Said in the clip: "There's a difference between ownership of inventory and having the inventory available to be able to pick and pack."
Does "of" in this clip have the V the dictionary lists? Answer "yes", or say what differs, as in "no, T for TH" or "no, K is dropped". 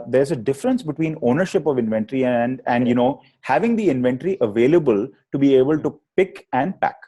yes